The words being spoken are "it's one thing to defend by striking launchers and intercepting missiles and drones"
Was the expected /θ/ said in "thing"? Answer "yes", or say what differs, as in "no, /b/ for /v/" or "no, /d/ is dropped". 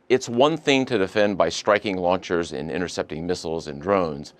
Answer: yes